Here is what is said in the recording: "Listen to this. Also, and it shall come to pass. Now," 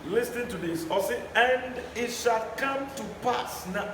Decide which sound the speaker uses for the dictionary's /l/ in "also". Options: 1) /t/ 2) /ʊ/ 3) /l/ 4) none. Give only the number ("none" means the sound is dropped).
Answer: 4